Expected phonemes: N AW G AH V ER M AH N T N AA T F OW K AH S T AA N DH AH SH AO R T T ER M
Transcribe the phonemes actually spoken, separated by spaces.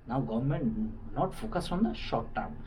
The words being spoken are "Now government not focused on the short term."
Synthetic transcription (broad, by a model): N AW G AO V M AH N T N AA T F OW K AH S AA N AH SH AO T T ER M